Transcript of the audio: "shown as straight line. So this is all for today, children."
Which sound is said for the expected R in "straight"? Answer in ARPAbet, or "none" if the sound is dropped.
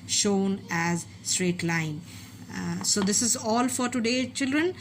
R